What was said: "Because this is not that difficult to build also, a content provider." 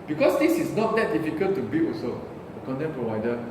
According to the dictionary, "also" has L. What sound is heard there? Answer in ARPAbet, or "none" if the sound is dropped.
none